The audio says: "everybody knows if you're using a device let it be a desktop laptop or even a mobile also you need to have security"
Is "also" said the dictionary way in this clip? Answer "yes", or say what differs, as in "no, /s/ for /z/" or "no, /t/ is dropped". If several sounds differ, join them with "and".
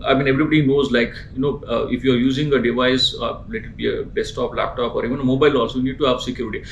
no, /l/ is dropped